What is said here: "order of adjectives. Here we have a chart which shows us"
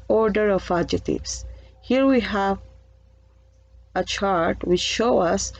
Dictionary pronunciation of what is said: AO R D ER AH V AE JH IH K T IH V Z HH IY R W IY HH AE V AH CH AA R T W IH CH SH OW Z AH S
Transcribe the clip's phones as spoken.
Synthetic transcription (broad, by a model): AO R D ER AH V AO JH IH T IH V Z HH IY R W IY HH AE V AH CH AA R T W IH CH SH OW AH S